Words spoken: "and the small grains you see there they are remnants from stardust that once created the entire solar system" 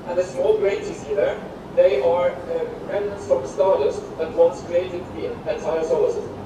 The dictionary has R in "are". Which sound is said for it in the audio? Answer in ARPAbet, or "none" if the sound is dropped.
R